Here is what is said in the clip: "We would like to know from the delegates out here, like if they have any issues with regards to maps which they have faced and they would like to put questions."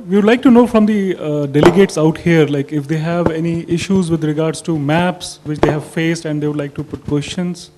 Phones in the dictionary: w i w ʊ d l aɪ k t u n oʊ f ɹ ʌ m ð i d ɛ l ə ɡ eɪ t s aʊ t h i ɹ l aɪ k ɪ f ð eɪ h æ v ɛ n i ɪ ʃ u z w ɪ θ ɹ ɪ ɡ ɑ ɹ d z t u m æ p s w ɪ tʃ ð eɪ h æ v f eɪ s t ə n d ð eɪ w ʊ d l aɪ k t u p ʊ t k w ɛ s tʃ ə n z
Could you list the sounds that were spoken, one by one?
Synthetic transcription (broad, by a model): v i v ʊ d l aɪ k t u n oʊ f ɹ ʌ m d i d ɛ l ə ɡ eɪ t s aʊ t h i ɹ l aɪ k ɪ f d eɪ h æ v ɛ n i ɪ ʃ u z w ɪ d ɹ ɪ ɡ ɑ ɹ d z t u m æ p s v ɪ tʃ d eɪ h æ v f eɪ s t ə n d eɪ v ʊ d l aɪ k t u p ʊ t k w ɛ s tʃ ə n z